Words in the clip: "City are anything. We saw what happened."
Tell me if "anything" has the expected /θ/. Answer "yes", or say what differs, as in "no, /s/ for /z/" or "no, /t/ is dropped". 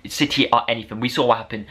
yes